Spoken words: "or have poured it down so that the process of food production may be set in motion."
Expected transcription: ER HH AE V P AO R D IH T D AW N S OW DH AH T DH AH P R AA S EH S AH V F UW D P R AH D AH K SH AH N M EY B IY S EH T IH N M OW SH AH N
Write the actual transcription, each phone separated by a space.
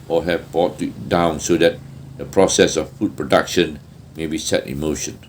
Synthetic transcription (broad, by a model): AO HH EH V B AO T IH T D AW N S OW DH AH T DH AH P R AA S EH S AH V F UW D P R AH D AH K SH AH N M EY B IY S EH T IH N M OW SH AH N